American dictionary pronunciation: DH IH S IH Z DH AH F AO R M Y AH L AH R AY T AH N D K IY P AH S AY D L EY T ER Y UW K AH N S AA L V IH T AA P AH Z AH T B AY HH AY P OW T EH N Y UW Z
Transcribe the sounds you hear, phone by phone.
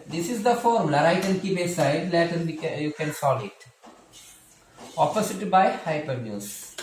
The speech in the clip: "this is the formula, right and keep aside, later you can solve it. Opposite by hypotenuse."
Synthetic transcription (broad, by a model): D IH S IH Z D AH F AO R M L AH R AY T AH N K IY B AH S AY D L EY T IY Y UW K AH N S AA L IH T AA P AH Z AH T B AY HH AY P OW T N Y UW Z